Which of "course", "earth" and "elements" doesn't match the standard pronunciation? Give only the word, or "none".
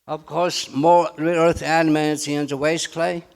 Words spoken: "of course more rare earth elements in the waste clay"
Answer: elements